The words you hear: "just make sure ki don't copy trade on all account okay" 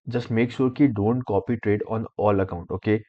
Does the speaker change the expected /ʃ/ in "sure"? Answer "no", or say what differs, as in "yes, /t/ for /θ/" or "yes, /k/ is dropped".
yes, /s/ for /ʃ/